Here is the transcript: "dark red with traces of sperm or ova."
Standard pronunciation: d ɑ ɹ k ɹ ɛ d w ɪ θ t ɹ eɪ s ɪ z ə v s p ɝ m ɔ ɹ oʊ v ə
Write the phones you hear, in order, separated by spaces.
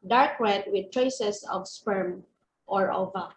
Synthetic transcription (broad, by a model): d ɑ ɹ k w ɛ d w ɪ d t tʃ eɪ s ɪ s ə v s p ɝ m ɔ ɹ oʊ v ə